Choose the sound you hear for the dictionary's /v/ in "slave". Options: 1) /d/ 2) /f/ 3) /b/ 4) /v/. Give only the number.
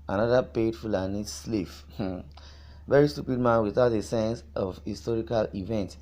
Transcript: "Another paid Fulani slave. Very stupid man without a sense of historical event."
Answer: 2